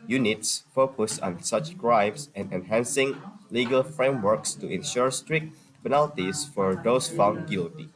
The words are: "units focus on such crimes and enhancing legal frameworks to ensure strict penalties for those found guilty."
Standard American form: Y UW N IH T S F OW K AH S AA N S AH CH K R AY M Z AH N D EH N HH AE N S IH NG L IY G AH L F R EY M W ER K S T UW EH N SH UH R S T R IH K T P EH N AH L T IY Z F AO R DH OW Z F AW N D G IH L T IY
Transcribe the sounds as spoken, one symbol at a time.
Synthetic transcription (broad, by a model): Y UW N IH T S F OW K AH S AA N S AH CH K R AY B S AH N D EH N HH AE N S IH NG L IY G AH L F R EY M W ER K S T UW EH N SH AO R S T R IH K T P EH N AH L T IY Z F AO R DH OW S F AW N D G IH L T IY